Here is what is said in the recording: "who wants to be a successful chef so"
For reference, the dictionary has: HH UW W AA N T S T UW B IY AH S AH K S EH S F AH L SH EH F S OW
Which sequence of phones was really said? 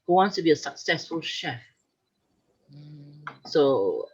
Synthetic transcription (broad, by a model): HH UW W AA N T S T UW B IY AH S AH K S EH S F AH L SH EH F S OW